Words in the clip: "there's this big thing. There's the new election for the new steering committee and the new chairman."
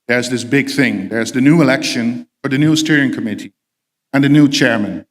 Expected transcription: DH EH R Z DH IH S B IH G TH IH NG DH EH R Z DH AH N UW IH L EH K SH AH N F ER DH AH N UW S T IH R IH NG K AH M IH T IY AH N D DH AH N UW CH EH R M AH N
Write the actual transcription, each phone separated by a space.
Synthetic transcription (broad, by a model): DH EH R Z DH IH S B IH G TH IH NG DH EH R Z DH AH N UW IH L EH K SH AH N F ER DH AH N UW S T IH R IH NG K AH M IH T IY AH N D DH AH N UW CH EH R M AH N